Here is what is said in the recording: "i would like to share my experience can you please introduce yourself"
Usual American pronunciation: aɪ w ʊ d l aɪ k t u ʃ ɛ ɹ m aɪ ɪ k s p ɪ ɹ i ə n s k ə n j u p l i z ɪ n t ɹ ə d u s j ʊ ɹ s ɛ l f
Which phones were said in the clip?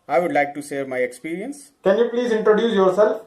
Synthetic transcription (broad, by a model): aɪ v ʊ d l aɪ k t u s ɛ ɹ m aɪ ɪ k s p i ɹ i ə n s k ə n j u p l i z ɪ n t ɹ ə d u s j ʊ ɹ s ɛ l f